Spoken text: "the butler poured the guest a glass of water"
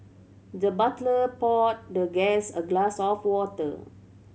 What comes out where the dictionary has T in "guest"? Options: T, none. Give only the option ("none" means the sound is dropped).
none